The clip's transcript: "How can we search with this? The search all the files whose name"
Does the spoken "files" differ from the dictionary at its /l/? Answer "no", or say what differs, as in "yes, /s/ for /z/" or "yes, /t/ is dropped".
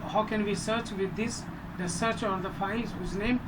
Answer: yes, /l/ is dropped